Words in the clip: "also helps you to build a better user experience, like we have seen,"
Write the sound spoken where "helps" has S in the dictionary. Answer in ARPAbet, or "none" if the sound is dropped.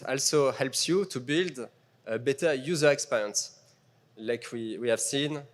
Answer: S